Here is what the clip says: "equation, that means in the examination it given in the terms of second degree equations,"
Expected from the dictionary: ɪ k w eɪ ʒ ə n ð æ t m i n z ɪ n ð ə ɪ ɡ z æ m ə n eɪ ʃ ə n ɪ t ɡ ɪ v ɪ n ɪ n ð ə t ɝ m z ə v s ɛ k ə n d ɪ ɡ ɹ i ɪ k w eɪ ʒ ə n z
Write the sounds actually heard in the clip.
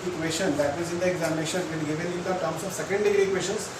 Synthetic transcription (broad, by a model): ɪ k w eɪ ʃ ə n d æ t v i z ɪ n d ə ɪ ɡ z æ m ə n eɪ ʃ ə n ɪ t ɡ ɪ v ɪ n ɪ n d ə t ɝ m s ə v s ɛ k ə n d ɪ ɡ ɹ i k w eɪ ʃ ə n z